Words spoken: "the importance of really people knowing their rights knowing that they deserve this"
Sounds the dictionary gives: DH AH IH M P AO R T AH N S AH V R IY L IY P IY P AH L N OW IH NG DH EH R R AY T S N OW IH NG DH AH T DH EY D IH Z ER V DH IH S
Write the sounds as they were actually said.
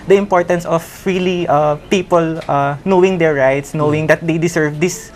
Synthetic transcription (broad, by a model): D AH IH M P AO R T AH N S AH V R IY L IY P IY P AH L N OW IH NG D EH R R AY T S N OW IH NG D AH T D EY D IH S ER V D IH S